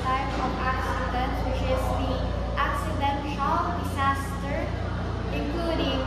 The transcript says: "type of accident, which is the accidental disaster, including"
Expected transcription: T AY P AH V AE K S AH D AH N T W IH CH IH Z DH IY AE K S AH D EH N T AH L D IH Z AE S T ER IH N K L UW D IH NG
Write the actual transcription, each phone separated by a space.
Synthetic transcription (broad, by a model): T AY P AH P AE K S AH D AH N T W IH CH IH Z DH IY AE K S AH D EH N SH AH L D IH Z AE S T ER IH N K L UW D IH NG